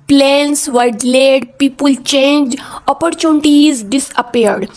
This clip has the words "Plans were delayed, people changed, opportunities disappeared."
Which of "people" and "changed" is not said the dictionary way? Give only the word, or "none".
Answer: changed